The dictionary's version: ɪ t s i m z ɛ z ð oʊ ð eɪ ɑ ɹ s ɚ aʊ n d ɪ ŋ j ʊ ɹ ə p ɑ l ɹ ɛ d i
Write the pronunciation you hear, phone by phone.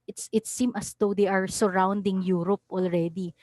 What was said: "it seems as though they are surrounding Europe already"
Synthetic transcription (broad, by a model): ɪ t s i m ʌ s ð oʊ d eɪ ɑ ɹ s ɚ aʊ n d ɪ ŋ j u ɹ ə p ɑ l ɹ ɛ d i